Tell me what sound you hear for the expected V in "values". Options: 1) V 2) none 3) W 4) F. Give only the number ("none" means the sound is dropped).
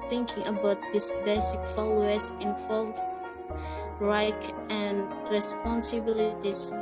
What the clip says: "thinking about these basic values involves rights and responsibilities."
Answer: 4